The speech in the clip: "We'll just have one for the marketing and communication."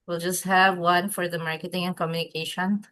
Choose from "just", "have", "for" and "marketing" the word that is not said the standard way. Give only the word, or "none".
none